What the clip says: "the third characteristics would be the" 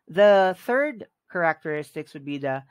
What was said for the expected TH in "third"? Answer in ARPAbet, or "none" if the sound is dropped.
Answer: TH